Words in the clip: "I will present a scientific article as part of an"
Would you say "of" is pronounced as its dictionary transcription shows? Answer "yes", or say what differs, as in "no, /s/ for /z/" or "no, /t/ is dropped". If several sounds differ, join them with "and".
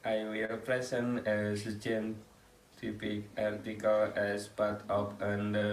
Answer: no, /p/ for /v/